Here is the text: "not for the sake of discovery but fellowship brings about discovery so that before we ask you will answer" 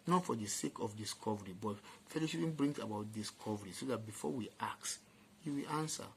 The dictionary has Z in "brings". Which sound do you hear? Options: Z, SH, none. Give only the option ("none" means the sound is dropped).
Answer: none